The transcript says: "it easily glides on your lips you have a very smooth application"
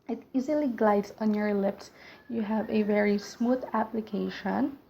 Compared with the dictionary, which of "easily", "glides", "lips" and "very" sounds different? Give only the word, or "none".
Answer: none